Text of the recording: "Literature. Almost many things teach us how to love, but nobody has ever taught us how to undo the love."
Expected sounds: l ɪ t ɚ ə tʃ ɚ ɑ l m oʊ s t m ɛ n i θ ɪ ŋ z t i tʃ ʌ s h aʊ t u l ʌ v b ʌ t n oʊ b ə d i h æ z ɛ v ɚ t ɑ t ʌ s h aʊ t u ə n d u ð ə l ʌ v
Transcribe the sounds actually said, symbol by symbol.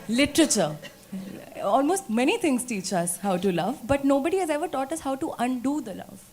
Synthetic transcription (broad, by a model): l ɪ t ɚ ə tʃ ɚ ɑ l m oʊ s t m ɛ n i t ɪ ŋ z t i tʃ ʌ s h aʊ t u l ʌ v b ʌ t n oʊ b ə d i h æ z ɛ v ɚ t ɑ t ʌ s h aʊ t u ə n d u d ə l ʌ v